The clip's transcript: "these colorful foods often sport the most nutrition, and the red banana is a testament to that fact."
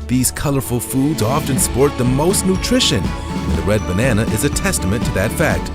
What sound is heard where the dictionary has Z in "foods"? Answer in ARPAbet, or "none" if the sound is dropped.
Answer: Z